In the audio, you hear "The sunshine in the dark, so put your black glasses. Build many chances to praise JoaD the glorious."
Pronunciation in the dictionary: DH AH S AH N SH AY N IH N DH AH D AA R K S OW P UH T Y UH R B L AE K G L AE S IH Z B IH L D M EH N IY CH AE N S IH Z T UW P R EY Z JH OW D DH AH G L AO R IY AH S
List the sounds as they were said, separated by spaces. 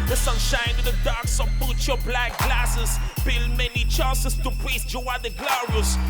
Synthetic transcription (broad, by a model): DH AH S AH N SH AY N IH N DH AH D AA R K S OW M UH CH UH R B L AE K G L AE S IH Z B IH L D M EH N IY CH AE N S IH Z T UW P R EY S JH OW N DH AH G L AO R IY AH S